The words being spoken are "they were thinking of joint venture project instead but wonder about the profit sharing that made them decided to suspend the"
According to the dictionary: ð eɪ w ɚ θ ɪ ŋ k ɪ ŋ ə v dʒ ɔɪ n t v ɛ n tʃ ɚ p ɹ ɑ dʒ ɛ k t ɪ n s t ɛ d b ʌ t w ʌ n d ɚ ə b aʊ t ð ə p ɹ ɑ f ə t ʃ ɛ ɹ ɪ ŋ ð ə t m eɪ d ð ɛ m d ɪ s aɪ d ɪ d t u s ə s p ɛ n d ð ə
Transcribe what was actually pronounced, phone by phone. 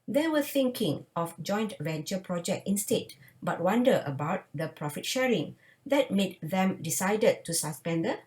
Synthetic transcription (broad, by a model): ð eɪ w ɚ θ ɪ ŋ k ɪ ŋ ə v dʒ ɔɪ n t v ɛ n tʃ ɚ p ɹ ɑ dʒ ɛ k t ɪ n s t ɛ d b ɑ t w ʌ n d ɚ ə b aʊ t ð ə p ɹ ɑ f ə t ʃ ɛ ɹ ɪ ŋ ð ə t m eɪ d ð ɛ m d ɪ s aɪ d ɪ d t u s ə s p ɛ n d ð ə